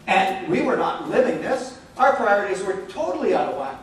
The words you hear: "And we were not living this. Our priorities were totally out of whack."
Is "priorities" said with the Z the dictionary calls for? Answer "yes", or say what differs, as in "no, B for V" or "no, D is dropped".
yes